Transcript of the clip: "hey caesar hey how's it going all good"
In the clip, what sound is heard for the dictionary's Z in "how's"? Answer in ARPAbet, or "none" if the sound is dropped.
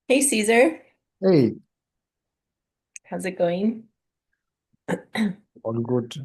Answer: Z